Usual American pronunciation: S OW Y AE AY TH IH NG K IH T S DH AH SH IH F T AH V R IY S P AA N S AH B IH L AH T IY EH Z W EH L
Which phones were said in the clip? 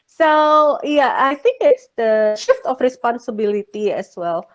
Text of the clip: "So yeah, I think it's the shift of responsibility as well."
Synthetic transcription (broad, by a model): S OW Y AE AY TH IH NG K IH T S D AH SH IH F T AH F R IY S P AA N S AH B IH L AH T IY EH S W EH L